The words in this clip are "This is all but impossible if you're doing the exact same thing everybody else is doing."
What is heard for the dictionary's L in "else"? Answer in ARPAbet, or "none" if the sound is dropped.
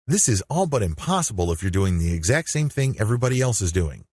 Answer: L